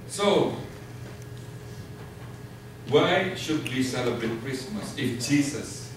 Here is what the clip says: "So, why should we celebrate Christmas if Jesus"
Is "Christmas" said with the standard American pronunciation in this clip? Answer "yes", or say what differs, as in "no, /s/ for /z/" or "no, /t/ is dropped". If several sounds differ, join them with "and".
yes